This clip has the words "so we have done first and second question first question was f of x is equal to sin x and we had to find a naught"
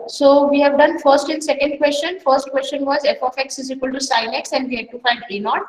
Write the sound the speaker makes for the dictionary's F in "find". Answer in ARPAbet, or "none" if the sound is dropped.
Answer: F